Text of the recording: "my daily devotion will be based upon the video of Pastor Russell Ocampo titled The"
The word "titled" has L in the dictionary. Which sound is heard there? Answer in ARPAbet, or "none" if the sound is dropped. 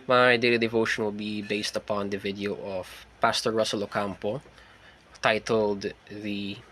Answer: L